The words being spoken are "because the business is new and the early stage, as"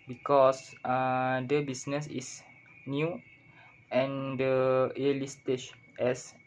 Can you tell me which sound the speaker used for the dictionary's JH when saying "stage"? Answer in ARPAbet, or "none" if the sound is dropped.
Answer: SH